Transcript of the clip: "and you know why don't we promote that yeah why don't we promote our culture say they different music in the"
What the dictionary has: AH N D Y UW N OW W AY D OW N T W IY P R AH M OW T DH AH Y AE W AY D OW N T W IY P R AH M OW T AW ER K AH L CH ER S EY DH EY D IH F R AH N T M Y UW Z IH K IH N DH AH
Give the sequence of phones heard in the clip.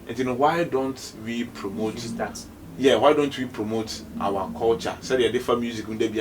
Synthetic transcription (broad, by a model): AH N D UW N OW W AY D OW N T W IY P R AH M OW T Y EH W AY D OW N T W IY P R AH M OW T AW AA K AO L CH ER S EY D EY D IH F AH M Y UW Z IH K IH N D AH